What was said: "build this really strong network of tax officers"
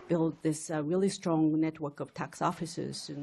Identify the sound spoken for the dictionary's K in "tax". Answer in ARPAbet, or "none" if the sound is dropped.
K